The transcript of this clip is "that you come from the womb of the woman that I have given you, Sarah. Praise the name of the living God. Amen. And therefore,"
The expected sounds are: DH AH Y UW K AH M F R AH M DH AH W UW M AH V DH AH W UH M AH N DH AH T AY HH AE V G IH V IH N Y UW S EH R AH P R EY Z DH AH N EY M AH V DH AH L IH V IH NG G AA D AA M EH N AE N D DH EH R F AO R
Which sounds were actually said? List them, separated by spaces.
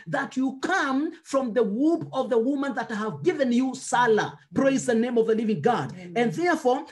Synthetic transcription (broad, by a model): DH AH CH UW K AH M F R AH M DH AH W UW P AH V DH AH W UH M AH N DH AH T HH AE V G IH V IH N Y UW S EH L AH P R EY Z DH AH N EY M AH V DH AH L IH V IH NG G AA D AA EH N N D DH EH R F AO R